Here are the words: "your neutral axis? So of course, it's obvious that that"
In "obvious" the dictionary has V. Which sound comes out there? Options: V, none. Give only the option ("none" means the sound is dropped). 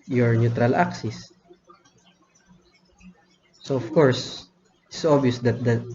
none